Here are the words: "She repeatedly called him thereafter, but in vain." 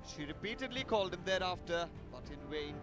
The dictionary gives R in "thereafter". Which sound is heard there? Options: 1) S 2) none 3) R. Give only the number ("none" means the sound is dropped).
3